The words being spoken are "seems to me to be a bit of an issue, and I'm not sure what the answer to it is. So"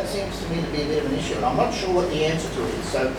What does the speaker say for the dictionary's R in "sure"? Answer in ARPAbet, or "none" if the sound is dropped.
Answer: R